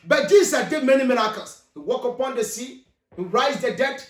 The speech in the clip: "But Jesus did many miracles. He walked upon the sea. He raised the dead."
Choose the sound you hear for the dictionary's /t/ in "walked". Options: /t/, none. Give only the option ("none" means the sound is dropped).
none